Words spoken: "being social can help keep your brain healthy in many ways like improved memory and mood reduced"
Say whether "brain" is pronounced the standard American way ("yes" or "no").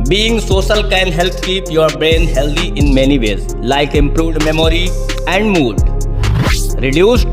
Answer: yes